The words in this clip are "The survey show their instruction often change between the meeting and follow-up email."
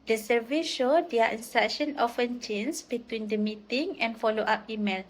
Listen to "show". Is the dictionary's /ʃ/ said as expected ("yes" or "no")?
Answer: yes